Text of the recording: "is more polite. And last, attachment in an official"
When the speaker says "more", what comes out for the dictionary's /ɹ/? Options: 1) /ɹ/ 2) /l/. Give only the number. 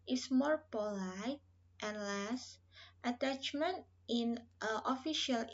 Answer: 1